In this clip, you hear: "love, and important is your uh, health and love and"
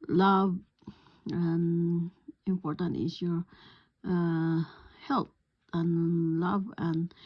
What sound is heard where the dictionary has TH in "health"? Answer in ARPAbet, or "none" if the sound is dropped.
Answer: T